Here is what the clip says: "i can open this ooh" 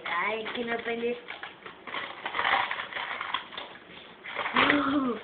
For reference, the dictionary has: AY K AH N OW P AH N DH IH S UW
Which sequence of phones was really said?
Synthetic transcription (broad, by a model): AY K AH N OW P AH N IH UW